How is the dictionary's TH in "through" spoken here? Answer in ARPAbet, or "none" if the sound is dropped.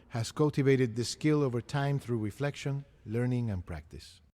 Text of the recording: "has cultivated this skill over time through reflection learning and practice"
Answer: TH